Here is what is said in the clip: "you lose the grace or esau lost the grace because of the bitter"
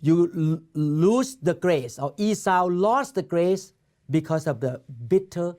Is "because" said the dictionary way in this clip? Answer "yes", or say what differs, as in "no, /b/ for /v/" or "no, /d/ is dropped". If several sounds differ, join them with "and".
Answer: no, /s/ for /z/